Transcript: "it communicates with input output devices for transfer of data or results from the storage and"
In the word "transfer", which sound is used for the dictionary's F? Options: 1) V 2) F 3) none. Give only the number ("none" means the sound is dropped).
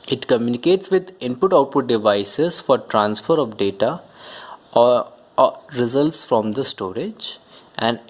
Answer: 2